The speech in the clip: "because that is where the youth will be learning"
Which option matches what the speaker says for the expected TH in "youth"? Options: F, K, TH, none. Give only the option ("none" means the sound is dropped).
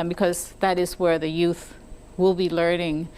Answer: TH